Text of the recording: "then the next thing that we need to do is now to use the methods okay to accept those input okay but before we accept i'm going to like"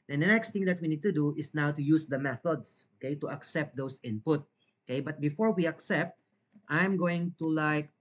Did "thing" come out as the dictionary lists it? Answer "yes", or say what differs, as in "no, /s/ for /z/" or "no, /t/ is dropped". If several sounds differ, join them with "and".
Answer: no, /t/ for /θ/